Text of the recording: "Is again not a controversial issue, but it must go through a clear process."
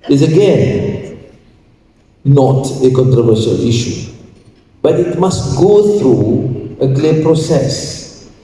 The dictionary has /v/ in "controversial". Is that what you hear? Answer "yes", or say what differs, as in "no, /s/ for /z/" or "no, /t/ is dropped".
yes